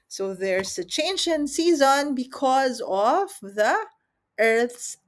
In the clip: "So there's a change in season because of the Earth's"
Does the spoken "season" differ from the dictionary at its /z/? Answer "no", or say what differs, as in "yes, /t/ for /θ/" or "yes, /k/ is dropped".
no